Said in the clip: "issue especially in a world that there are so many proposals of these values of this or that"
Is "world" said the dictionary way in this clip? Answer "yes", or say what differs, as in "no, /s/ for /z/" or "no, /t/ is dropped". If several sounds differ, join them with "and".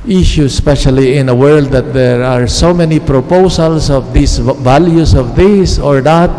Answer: yes